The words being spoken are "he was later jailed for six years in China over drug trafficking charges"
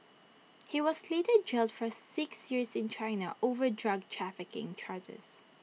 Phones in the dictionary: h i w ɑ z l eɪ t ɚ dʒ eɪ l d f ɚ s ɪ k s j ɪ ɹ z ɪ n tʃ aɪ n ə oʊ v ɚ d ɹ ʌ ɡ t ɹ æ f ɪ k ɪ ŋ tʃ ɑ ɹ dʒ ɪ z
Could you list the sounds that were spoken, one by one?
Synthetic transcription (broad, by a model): h i w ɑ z l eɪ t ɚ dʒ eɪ l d f ɚ s ɪ k s j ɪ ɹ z ɪ n tʃ aɪ n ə oʊ v ɚ d ɹ ʌ ɡ t ɹ æ f ɪ k ɪ ŋ tʃ ɑ ɹ dʒ ɪ z